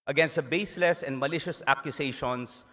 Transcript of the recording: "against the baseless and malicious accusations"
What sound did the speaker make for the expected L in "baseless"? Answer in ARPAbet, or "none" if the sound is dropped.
L